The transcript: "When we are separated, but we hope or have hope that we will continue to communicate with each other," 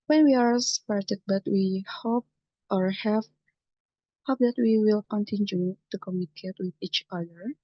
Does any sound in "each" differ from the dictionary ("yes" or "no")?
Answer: no